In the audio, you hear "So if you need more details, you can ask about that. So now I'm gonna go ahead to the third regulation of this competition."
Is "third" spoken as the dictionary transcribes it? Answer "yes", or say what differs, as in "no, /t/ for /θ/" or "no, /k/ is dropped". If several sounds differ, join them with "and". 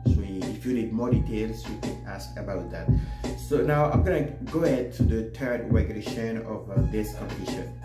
no, /t/ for /θ/